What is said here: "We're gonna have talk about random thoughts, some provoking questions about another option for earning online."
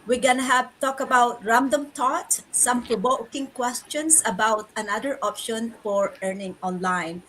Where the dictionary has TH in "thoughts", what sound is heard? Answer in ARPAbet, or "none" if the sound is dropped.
T